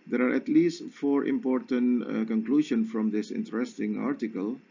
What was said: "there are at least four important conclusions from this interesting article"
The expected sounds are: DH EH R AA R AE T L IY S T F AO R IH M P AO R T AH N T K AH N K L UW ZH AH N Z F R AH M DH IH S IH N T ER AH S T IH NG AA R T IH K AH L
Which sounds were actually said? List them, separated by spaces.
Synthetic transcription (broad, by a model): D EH R AA R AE T L IY S T F AO R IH M P AO R T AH N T K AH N K L UW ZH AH N F R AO M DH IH S IH N T ER AH S T IH NG AA R T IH K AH L